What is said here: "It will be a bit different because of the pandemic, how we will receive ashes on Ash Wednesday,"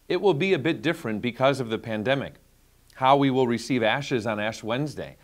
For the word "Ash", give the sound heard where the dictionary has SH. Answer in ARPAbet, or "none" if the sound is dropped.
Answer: SH